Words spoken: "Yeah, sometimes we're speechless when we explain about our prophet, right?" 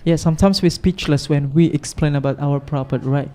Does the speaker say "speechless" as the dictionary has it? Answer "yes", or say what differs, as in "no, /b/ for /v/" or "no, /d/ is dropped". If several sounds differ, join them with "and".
yes